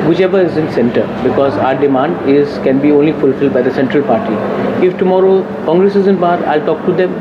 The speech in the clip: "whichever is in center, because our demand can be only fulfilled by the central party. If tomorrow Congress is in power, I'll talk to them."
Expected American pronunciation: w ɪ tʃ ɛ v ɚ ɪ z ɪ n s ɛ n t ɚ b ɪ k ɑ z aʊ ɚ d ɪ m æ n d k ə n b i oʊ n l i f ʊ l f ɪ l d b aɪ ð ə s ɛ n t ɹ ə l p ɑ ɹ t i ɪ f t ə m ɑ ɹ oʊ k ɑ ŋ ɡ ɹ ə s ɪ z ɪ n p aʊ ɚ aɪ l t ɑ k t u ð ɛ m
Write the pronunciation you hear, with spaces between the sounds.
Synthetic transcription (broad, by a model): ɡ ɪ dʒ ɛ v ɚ ɪ z ɪ n s ɛ n t ɚ b ɪ k ɑ z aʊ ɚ d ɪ m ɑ n d k ə n b i oʊ n l i f ʊ l f ɪ l d b aɪ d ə s ɛ n t ɹ ə l p ɑ ɹ t i ɪ f t ə m ɑ ɹ oʊ k ɑ ŋ ɡ ɹ ə s ɪ z ɪ n b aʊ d aɪ l t ɑ k t u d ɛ m